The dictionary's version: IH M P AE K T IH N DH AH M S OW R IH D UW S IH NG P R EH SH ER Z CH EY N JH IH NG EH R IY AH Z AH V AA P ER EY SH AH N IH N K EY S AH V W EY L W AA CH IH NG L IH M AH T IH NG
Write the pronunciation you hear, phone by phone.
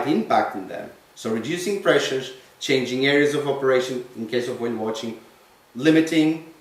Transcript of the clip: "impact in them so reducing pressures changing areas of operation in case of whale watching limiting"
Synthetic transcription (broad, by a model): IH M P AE K T IH N DH AH M S OW R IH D UW S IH NG P R EH SH ER Z CH EY N JH IH NG EH R IY AH Z AH V AA P ER EY SH AH N IH N K EY S AH V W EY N W AA CH IH NG L IH M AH T IH NG